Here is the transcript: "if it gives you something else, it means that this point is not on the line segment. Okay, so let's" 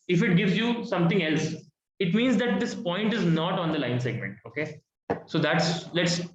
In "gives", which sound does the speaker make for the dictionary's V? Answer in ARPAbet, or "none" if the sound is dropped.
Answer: V